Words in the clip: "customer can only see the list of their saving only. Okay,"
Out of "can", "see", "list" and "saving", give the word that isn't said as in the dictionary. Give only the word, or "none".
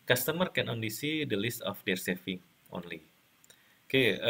saving